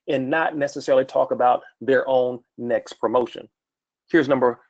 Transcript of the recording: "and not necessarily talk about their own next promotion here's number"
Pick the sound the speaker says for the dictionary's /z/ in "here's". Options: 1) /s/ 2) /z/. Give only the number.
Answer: 2